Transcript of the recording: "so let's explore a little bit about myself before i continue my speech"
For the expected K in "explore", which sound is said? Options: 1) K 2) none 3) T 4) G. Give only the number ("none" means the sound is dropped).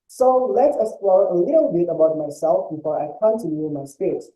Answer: 2